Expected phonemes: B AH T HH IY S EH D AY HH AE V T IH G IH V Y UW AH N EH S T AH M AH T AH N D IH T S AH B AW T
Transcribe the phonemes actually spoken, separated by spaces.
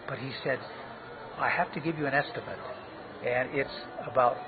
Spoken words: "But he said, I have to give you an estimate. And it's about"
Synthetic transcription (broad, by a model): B AH T HH IY S EH D AY HH AE F T IH G IH V Y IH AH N EH S T AH M AH T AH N IH T S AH B AW T